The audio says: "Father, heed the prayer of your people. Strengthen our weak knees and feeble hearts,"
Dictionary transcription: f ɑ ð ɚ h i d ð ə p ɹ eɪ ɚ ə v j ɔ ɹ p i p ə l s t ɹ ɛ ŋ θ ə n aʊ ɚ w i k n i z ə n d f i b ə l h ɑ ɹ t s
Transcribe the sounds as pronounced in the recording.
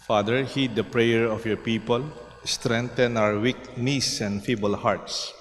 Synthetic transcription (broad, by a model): f ɑ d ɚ h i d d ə p ɹ eɪ ɚ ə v j ɔ ɹ p i p ə l s t ɹ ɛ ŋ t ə n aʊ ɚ w i k n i s ə n d f i b ə l h ɑ ɹ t s